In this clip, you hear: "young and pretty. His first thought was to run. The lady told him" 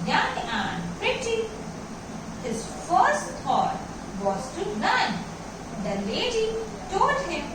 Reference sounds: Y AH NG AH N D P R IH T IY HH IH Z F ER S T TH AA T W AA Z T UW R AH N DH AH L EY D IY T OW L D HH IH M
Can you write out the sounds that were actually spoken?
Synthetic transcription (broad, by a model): Y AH NG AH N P R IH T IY HH IH Z F ER S T T AA T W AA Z T UW L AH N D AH L EY D IY T OW L D HH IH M